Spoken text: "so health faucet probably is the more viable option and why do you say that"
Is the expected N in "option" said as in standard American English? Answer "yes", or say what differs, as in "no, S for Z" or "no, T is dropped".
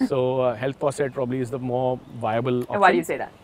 no, N is dropped